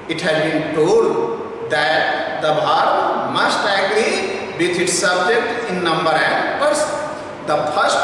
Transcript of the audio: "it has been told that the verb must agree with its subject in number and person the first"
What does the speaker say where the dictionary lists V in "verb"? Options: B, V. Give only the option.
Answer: B